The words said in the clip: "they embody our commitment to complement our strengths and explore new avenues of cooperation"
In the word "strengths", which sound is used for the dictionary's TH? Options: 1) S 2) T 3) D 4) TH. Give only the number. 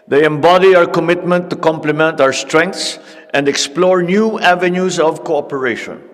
2